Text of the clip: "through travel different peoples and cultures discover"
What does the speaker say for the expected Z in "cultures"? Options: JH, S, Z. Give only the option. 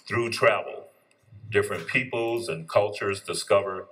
Z